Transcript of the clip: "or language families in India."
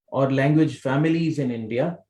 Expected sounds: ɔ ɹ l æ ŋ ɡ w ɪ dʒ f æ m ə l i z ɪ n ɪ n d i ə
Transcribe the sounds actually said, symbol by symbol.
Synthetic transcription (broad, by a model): ɔ ɹ l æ ŋ ɡ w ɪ dʒ f æ m ə l i z ɪ n ɪ n d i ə